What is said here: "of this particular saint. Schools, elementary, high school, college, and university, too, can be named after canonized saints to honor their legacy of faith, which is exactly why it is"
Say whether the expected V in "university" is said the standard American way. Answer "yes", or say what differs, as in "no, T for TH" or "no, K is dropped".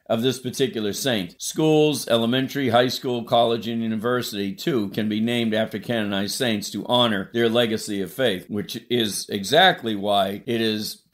yes